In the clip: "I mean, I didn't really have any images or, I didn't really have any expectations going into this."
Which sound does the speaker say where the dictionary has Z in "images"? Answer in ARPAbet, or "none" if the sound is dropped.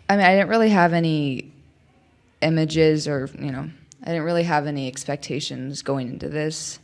Z